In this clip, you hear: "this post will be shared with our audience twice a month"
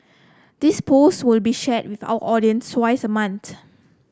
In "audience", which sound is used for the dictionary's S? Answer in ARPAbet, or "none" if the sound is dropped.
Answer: S